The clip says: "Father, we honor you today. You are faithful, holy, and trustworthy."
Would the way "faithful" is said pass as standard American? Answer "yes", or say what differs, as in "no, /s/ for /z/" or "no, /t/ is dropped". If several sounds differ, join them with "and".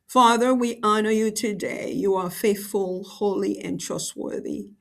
yes